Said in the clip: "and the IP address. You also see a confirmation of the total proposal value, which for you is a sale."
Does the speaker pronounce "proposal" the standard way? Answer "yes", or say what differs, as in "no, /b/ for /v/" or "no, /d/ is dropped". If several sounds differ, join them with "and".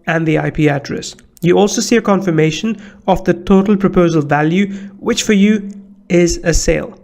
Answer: yes